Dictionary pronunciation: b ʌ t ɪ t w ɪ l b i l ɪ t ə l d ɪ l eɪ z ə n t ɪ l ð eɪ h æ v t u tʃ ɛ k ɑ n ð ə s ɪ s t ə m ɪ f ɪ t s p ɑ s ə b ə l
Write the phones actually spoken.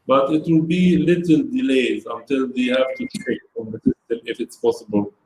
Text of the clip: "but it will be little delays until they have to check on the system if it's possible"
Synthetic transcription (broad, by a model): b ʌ t ɪ t w ɪ l b i l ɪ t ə l d ɪ l eɪ z ə n t ɪ l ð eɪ h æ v t u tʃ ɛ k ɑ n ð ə s ɪ s t ə m ɪ f ɪ t s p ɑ s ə b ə l